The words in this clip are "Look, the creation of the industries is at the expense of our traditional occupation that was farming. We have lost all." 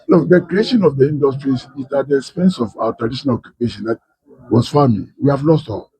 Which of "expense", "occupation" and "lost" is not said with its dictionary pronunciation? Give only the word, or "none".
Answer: none